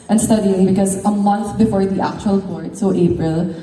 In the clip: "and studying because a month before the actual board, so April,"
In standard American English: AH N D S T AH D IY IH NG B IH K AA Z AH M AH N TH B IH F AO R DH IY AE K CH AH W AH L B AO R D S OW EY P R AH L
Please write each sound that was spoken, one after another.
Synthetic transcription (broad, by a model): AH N S T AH D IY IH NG B IH K AA Z AH M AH N T B IH F AO R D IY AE K CH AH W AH L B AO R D S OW EY P R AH L